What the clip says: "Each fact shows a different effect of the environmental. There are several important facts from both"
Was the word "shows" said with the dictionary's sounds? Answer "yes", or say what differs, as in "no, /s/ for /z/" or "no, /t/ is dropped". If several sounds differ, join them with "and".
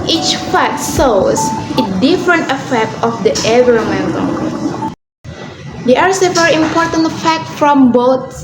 no, /s/ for /ʃ/